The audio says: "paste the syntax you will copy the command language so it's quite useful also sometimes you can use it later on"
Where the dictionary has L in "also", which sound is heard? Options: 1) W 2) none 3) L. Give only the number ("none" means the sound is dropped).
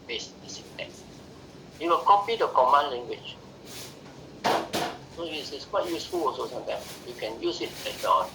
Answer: 2